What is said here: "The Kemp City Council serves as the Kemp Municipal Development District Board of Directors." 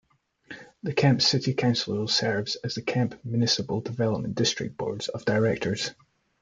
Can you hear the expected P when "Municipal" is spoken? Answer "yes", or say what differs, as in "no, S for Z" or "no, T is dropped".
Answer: no, B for P